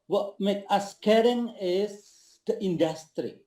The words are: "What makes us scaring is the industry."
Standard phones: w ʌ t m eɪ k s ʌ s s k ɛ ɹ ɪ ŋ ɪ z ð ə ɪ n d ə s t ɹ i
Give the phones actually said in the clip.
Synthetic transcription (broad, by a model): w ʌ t m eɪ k ʌ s s k ɛ ɹ ɪ ŋ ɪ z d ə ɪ n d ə s t ɹ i